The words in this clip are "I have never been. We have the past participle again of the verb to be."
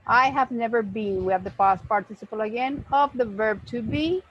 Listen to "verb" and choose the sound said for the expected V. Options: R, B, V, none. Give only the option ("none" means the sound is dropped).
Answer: V